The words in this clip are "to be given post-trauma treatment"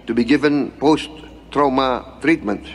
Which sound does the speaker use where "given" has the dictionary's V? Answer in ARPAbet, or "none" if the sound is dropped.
V